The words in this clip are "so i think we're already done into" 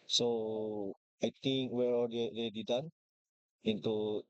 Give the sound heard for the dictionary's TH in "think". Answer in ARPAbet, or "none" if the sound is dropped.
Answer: T